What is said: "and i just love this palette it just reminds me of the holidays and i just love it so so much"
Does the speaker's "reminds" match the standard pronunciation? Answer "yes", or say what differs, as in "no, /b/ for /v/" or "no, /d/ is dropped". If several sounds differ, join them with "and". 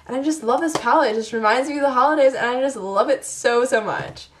yes